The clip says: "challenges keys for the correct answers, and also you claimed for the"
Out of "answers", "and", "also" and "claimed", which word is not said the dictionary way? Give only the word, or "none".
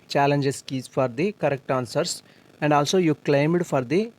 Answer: answers